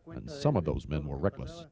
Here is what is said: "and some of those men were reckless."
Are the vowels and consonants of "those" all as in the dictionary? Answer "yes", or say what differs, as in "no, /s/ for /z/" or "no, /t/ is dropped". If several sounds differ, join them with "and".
yes